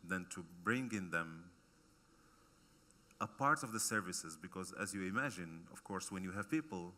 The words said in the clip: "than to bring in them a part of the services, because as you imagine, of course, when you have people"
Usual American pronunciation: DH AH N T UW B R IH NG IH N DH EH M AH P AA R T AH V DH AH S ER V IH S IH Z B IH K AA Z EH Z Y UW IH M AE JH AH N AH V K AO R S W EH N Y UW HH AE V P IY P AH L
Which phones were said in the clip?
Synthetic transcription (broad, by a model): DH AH N T UW B R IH NG IH N DH EH M AH P AA R T AH V DH AH S ER V IH S IH Z B IH K AA Z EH Z Y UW IH M AE JH AH N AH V K AO R S W EH N Y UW HH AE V P IY P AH L